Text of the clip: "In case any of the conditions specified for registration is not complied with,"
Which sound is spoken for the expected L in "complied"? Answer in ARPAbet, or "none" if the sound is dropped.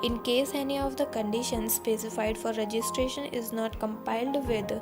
none